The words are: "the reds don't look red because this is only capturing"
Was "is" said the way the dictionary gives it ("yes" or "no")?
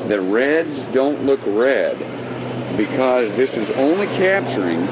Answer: yes